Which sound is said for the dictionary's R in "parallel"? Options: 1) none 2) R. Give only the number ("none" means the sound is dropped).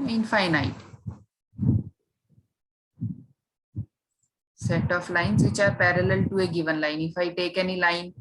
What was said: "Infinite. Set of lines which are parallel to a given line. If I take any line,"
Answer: 2